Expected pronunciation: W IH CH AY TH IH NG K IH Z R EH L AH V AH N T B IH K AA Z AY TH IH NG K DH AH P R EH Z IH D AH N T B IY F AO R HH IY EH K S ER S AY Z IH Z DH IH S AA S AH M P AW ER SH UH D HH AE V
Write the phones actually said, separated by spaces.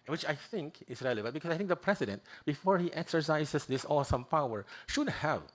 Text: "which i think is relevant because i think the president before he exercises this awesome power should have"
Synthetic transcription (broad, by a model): W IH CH AY TH IH NG K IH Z R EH L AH B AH T B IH K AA S AY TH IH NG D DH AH P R EH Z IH D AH N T B IY F AO R HH IY EH K S ER S AY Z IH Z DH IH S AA S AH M P AW ER SH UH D HH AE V